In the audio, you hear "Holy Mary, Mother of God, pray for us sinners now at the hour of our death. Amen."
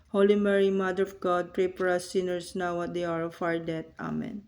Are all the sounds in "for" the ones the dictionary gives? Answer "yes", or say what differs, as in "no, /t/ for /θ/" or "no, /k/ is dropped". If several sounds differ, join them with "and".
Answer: no, /p/ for /f/